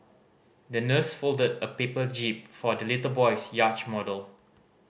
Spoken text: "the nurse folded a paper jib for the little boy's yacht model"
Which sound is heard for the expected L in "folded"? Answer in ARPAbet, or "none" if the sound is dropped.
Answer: L